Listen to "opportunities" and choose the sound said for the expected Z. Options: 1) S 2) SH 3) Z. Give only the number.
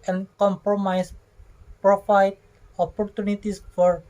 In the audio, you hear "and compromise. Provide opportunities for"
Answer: 1